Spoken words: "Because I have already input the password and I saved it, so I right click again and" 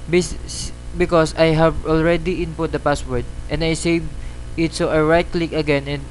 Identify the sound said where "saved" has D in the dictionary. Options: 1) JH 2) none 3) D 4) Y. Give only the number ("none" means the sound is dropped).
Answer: 2